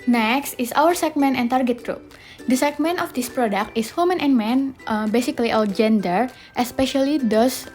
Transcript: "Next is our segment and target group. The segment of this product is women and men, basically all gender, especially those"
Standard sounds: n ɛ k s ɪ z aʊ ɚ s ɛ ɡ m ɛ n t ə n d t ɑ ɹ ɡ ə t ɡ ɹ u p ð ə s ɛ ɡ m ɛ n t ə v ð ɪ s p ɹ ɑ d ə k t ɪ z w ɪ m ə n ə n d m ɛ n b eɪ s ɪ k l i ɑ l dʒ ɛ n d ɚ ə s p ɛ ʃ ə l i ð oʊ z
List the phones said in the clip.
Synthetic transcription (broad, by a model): n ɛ k s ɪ s aʊ ɚ s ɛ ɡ m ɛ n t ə n t ɑ ɹ ɡ ə t ɡ ɹ u p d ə s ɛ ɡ m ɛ n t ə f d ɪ s p ɹ ɑ d ə k t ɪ s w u m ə n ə n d m ɛ n b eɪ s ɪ k l i ɑ l dʒ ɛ n d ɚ ə s p ɛ ʃ ə l i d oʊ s